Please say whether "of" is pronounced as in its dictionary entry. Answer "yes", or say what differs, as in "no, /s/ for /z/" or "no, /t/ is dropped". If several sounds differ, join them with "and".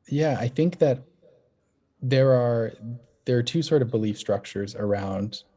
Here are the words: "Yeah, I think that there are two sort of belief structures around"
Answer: yes